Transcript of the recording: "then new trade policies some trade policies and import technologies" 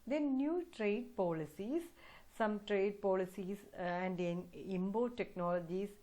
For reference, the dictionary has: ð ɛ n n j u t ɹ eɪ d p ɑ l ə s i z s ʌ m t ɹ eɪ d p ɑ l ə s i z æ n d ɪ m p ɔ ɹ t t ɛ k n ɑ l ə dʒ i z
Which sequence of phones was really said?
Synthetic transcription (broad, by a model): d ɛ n n j u t ɹ eɪ d p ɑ l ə s i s s ʌ m t ɹ eɪ d p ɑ l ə s i s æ n d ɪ m b ɔ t t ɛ k n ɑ l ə dʒ i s